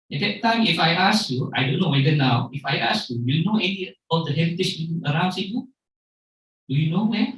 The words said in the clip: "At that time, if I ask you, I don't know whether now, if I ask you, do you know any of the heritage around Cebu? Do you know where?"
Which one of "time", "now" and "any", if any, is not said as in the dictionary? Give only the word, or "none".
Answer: none